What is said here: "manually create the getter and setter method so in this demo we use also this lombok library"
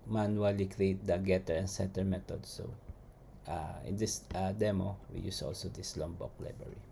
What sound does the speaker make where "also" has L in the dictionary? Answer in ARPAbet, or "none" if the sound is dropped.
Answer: L